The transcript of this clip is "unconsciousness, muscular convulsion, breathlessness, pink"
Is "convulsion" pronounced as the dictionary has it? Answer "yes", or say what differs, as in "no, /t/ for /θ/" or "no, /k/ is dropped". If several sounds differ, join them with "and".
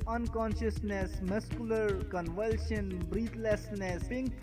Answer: yes